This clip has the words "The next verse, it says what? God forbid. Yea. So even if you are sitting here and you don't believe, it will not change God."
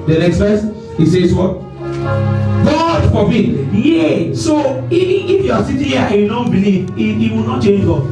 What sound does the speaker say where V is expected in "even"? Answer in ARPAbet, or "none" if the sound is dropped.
none